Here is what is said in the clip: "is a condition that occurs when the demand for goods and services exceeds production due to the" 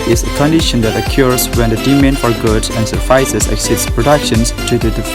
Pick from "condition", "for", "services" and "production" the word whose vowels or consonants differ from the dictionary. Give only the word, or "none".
services